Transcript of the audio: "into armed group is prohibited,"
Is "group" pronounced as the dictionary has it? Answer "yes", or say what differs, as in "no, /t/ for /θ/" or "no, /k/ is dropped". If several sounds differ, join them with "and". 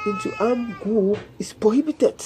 no, /ɹ/ is dropped and /p/ is dropped